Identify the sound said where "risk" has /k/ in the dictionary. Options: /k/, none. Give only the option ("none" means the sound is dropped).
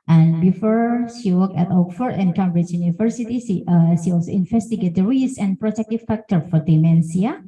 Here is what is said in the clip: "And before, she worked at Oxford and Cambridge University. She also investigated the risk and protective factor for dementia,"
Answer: none